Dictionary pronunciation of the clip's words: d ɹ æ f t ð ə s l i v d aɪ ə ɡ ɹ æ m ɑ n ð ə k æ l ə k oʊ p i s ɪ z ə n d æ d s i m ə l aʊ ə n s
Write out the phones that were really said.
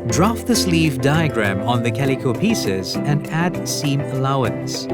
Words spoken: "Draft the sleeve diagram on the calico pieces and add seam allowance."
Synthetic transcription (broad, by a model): d ɹ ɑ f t ð ə s l i v d aɪ ə ɡ ɹ æ m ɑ n ð ə k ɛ l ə k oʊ p i s ɪ z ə n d æ d s i m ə l aʊ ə n s